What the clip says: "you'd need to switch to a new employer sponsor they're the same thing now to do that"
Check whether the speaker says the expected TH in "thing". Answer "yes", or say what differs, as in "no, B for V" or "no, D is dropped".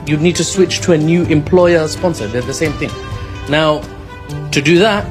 yes